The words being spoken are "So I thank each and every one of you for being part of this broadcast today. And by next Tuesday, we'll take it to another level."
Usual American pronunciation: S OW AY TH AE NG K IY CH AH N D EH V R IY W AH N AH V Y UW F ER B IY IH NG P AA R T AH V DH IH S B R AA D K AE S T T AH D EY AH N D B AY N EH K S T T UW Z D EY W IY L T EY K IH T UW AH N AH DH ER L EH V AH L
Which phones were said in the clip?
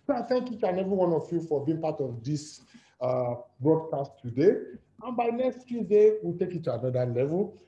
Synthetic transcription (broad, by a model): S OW AY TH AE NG K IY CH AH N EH V IY W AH N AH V Y UW F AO B IY IH NG P AA T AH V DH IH S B R AA D K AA S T T AH D EY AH N B AY N EH K S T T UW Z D EY W IY L T EY K IH T UW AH N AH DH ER L EH V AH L